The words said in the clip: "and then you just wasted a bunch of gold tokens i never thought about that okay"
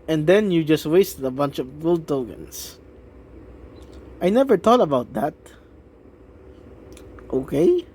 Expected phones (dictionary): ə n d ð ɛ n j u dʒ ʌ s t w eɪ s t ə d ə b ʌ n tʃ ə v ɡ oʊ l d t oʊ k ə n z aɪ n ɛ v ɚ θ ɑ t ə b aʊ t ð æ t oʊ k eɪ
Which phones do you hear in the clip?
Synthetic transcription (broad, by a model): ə n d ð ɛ n j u dʒ ʌ s t w eɪ s t ə d ə b ʌ n tʃ ə v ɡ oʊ l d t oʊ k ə n s aɪ n ɛ v ɚ t ɑ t ə b aʊ t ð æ t oʊ k eɪ